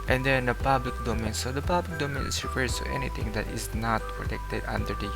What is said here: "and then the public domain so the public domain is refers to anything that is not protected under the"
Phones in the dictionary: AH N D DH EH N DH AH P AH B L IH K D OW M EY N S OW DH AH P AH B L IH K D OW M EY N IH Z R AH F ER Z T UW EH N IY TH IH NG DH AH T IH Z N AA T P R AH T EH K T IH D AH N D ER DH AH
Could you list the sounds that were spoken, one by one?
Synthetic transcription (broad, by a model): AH N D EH N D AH P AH B L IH K D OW M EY N S OW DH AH P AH B L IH K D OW M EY N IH S R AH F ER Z T UW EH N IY T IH NG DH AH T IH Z N AA T P R AH T EH K T IH D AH N D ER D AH